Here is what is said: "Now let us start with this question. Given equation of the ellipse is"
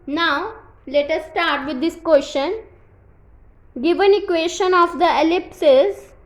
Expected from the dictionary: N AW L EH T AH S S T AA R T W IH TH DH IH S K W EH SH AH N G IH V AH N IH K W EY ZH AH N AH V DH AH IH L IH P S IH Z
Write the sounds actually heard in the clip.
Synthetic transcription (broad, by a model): N AW L EH T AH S S T AA R T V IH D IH S K W EH SH AH N G IH V AH N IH K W EY SH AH N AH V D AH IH L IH P S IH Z